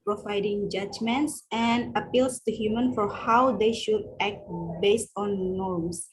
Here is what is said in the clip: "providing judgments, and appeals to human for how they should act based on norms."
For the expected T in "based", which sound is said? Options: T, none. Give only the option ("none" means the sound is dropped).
T